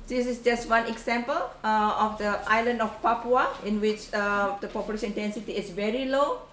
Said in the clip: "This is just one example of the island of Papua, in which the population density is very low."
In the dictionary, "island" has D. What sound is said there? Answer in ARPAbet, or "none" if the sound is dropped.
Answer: D